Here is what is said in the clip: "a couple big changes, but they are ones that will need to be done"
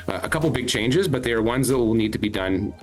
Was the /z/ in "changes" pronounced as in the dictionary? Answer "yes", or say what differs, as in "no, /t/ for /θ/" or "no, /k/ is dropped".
yes